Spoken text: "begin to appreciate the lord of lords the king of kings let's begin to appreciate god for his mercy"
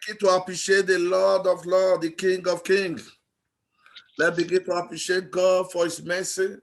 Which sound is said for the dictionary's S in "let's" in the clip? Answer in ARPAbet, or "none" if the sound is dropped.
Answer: none